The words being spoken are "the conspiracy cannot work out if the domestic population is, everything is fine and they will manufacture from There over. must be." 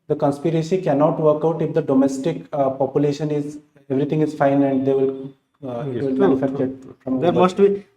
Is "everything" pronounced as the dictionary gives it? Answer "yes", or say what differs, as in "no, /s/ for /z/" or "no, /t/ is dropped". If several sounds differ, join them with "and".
no, /t/ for /θ/